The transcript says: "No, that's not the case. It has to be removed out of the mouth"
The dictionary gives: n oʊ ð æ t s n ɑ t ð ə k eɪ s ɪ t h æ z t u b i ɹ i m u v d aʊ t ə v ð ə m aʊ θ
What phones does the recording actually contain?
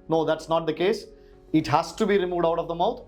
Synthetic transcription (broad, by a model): n oʊ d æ t s n ɑ t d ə k eɪ s ɪ t h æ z t u b i ɹ i m u v d aʊ t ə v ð ə m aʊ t